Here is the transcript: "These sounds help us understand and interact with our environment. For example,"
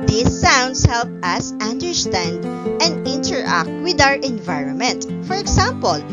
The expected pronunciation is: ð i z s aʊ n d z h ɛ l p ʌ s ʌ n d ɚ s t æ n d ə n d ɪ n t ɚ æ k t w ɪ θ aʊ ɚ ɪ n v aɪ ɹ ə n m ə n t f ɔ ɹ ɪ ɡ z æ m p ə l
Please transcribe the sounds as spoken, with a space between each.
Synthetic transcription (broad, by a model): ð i s aʊ n d s h ɛ l p ʌ s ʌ n d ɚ s t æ n d ə n d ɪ n t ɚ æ k t w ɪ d aʊ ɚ ɪ n v aɪ ɹ ə n m ə n t f ɔ ɹ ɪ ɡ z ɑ m p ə l